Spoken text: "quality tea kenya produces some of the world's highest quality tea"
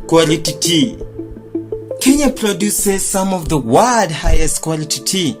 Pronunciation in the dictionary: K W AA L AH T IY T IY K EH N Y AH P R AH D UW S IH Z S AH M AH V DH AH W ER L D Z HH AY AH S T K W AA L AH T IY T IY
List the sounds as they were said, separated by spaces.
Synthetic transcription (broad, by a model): K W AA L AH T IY T IY K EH N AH P R AH D UW S IH Z S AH M AH V DH AH W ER D HH AY AH S T K W AA L AH T IY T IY